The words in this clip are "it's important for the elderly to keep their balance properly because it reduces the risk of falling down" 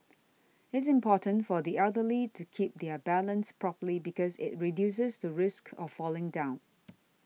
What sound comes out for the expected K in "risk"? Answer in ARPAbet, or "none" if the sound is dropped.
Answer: K